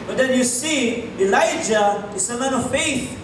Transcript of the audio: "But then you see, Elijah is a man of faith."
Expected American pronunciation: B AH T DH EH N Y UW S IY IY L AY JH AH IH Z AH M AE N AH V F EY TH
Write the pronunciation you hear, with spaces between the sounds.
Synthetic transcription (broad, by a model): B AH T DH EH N Y UW S IY IY L AY JH AH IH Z AH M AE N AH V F EY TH